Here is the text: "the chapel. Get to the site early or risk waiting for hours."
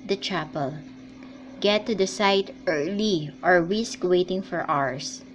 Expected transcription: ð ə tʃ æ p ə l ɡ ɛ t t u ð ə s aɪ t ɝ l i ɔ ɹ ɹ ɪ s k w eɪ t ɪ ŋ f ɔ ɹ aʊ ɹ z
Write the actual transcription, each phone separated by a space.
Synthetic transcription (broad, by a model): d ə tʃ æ p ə l ɡ ɛ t t u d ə s aɪ t ɝ l i ɔ ɹ w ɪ s k w eɪ t ɪ ŋ f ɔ ɹ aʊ ɹ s